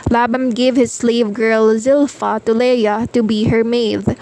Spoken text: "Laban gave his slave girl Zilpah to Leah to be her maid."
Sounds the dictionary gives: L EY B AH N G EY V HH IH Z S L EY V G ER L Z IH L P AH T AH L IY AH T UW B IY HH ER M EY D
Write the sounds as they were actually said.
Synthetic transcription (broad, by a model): L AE B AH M G EY V HH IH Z S L EY V G ER L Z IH L F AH T AH L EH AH T UW B IY HH ER M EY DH